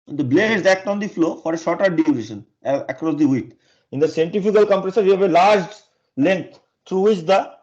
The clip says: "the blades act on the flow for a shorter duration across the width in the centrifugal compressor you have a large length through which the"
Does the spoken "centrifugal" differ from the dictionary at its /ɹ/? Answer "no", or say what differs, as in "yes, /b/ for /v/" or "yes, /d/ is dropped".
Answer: yes, /ɹ/ is dropped